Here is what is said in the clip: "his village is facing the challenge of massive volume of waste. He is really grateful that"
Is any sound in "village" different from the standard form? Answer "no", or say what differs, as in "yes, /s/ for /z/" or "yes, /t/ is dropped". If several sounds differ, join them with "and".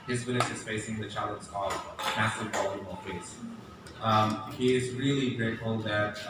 yes, /w/ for /v/ and /n/ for /l/